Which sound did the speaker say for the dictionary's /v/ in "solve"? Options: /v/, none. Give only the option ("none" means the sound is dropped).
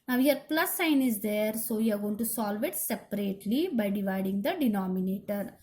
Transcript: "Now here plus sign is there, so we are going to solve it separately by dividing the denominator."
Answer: /v/